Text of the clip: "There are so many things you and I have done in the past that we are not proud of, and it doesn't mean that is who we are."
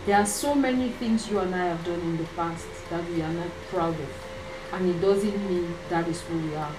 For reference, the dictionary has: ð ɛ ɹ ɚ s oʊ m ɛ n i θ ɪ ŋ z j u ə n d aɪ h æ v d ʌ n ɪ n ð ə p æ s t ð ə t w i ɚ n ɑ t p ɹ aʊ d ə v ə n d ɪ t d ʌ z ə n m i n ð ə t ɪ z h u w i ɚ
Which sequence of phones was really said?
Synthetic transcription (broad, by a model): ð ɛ ɹ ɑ s oʊ m ɛ n i θ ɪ ŋ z j u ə n aɪ h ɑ v d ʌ n ɪ n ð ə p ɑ s t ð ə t w i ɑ n ɑ t p ɹ aʊ d ə v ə n ɪ t d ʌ z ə n m i n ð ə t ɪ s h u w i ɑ